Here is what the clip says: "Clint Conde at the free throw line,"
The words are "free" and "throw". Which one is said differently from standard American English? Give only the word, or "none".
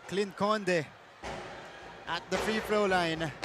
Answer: throw